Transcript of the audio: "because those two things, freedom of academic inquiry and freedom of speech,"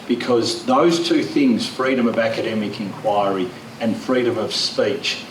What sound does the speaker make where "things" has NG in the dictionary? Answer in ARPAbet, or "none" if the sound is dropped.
NG